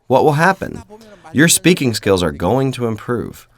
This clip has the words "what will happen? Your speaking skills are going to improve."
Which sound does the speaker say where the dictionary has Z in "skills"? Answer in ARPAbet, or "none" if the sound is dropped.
Z